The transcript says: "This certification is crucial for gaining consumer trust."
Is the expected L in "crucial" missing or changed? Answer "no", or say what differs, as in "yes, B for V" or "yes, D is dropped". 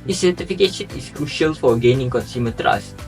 no